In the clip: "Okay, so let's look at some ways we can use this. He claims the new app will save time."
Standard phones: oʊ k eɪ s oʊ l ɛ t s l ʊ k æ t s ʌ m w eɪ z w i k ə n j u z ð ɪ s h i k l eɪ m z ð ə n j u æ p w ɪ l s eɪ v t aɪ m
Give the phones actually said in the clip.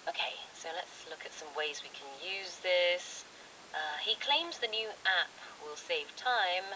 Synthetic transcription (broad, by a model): oʊ k eɪ s oʊ l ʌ t s l ʊ k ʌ t s ʌ m w eɪ z w i k ə n j u z ð ɪ s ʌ i k l eɪ m z ð ə n j u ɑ p w ɪ l s eɪ v t aɪ m